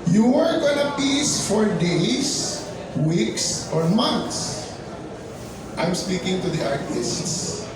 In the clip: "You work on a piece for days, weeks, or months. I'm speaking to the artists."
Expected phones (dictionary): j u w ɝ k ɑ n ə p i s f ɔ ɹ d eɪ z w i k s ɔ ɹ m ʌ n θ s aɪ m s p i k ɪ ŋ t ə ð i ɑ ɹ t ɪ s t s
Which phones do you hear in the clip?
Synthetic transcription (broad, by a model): j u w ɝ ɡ ɑ n ə p i s f ɔ ɹ d eɪ s w i k s ɔ ɹ m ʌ n t s aɪ m s p i k ɪ ŋ t ə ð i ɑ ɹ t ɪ s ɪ s